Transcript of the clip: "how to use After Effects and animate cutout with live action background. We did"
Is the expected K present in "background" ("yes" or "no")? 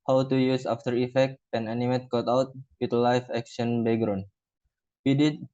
no